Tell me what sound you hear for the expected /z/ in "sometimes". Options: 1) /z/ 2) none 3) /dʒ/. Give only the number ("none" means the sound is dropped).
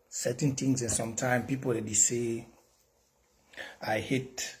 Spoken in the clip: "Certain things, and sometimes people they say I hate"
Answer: 2